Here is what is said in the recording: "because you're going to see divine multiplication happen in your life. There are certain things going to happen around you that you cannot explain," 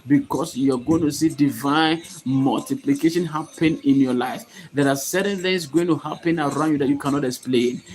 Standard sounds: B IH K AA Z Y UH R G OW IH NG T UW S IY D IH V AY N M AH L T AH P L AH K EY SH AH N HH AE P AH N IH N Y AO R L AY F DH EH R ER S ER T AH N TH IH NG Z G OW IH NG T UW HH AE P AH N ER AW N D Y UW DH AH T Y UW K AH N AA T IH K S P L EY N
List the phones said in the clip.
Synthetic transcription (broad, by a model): B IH K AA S Y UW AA G OW IH NG T UW S IY D IH V AY N M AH L T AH P L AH K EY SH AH N HH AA P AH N IH N Y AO L AY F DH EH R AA S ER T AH N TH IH NG S G OW IH NG T UW HH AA P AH N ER AW N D Y UW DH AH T Y UW K AH N AA T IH K S P L EY N